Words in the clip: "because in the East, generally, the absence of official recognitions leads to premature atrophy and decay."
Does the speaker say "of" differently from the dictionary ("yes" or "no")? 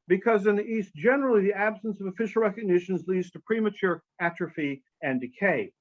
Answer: no